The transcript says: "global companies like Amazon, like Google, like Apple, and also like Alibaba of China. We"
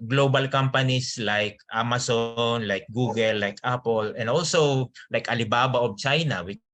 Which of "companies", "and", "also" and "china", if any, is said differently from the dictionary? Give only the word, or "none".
companies